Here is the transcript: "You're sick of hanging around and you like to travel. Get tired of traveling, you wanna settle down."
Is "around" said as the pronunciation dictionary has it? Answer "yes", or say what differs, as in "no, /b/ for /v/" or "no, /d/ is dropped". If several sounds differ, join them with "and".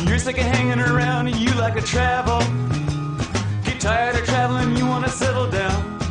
yes